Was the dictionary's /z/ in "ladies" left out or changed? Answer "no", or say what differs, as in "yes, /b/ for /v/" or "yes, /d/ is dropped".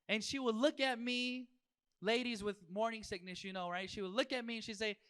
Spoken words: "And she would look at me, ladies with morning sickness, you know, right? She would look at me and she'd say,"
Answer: no